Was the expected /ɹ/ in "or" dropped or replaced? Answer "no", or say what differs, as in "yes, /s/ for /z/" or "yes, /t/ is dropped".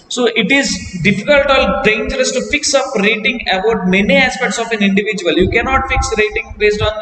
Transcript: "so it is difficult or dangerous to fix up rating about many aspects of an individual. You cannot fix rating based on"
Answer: yes, /l/ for /ɹ/